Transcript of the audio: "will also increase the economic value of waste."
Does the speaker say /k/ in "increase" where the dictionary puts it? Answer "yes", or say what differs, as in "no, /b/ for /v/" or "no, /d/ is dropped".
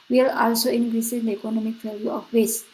no, /k/ is dropped